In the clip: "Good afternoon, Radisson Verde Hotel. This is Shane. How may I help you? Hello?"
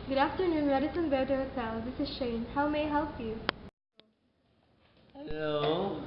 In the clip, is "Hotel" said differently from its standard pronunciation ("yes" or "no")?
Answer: yes